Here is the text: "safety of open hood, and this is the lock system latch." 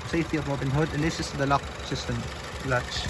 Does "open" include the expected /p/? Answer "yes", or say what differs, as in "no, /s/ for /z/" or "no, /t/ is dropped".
no, /b/ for /p/